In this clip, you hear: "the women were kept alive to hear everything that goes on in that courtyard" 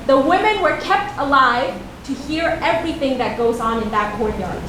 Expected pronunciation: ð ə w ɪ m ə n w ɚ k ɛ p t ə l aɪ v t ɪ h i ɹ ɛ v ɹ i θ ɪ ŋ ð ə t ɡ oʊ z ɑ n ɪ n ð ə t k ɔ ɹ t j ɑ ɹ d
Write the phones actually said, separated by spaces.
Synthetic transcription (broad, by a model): ð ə w ɪ m ə n w ɚ k ɛ p t ə l aɪ v t ɪ h i ɹ ɛ v ɹ i θ ɪ ŋ ð ə t ɡ oʊ z n ɪ n ð ə t k ɔ ɹ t j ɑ ɹ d